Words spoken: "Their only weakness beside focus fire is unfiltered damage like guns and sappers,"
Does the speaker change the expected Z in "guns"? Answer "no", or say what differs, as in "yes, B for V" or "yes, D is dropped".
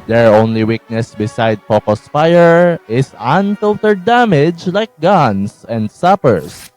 yes, S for Z